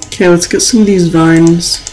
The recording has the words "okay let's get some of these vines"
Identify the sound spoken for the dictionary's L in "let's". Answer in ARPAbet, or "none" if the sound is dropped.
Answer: L